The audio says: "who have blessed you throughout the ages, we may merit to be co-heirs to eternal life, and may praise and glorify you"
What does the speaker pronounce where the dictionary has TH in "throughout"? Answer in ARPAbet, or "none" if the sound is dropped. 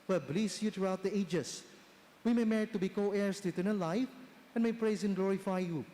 T